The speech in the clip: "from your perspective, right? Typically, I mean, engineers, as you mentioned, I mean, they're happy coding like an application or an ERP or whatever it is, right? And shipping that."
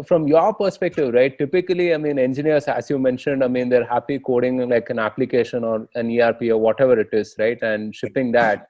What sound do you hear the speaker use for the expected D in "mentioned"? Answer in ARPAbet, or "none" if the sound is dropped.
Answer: D